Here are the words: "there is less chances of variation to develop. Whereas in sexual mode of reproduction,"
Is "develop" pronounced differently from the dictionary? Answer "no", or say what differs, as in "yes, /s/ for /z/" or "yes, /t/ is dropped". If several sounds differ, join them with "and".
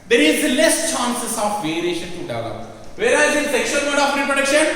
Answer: yes, /v/ is dropped